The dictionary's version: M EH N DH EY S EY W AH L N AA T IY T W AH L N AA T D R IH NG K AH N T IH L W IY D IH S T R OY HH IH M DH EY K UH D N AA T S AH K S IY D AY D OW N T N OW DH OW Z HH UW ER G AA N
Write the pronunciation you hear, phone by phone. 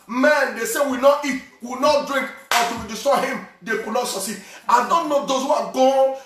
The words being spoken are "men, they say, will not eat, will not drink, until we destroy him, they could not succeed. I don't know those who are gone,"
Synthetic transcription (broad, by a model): M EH N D EY S EY W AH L N AA T IY T W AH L N AA T D R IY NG K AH T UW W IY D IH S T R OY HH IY M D EY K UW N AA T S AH S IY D AY D OW N T N OW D OW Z HH UW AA G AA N